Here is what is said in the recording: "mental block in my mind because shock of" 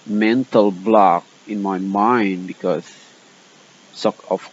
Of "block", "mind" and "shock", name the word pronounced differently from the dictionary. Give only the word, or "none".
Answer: shock